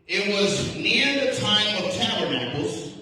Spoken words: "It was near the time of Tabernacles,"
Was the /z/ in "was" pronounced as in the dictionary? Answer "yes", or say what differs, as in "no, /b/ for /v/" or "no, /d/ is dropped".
yes